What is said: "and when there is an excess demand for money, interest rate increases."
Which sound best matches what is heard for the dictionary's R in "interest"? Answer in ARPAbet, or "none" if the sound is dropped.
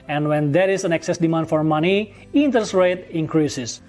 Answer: none